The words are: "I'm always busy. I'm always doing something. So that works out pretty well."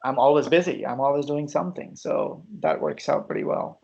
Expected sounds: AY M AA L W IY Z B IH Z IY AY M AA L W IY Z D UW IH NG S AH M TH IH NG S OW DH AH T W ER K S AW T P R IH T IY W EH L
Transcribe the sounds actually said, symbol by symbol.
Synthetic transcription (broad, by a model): AY M AA L W IY Z B IH Z IY AY M AA L W IY Z D UW IH NG S AH M TH IH NG S OW DH AH T W ER K S AW T P R IH T IY W EH L